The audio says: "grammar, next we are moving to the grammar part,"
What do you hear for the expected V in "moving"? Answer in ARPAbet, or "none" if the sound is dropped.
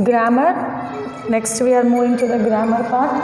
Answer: none